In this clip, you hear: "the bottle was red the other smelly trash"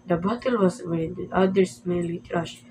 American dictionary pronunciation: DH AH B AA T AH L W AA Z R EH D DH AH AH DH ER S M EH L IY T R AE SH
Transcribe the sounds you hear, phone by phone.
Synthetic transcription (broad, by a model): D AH B AA T AH L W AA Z W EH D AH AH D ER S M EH L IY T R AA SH